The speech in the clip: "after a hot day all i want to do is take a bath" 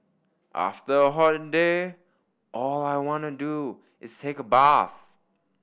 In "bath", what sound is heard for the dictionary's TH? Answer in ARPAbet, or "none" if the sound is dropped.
TH